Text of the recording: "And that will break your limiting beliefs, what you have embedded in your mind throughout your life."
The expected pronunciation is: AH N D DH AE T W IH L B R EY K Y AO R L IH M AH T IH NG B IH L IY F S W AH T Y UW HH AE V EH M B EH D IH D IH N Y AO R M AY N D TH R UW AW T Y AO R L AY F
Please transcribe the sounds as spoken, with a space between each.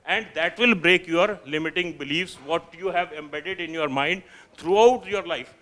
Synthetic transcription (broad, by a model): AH N D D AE T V IH L B R EY K Y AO R L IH M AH T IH NG B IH L IY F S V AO T Y UW HH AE V EH M B EH D IH D IH N Y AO R M AY N D T R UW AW T Y AO R L AY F